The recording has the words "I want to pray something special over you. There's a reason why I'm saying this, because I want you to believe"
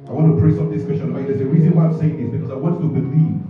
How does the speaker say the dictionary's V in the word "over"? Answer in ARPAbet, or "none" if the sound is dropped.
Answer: B